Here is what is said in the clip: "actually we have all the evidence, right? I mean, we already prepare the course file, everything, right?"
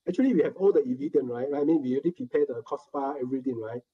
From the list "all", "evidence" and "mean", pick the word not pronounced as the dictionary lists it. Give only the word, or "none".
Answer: evidence